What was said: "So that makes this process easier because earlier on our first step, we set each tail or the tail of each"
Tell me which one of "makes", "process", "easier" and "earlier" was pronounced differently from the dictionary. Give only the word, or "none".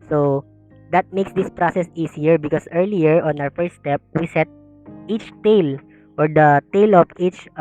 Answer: easier